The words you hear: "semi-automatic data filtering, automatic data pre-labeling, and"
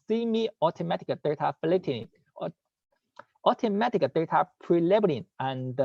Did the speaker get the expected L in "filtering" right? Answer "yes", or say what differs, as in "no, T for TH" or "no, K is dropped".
no, L is dropped